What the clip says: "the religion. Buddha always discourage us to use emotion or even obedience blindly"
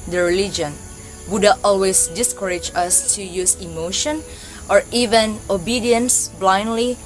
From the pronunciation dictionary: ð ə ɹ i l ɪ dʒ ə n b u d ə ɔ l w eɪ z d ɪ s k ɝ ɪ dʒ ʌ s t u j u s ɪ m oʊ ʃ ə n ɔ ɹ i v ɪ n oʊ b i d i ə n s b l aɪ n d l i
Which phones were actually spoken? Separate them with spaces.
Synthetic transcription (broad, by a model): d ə ɹ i l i dʒ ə n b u d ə ɔ l w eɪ s d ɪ s k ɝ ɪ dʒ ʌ s t u j u s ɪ m oʊ ʃ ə n ɔ ɹ i v ɪ n oʊ b i d i ə n s b l aɪ n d l i